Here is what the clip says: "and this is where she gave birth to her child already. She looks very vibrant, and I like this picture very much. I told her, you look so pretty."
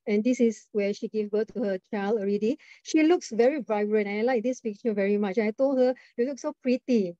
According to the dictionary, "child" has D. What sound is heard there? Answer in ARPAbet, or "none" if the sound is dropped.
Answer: none